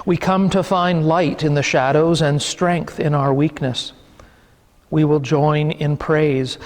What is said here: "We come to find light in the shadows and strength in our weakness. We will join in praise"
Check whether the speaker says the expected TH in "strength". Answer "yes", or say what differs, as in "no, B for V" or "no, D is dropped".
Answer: yes